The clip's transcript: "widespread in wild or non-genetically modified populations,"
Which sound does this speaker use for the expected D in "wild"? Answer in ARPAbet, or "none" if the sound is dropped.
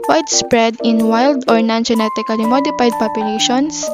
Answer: D